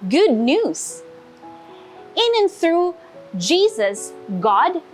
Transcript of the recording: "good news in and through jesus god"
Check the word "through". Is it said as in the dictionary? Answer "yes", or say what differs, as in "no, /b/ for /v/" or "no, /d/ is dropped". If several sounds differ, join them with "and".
yes